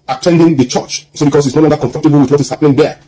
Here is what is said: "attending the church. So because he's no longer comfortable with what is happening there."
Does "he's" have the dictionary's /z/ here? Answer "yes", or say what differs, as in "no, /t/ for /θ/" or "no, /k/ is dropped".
no, /s/ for /z/